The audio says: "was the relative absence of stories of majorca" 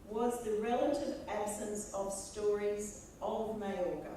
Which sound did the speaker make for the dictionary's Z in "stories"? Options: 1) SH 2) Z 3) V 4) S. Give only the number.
2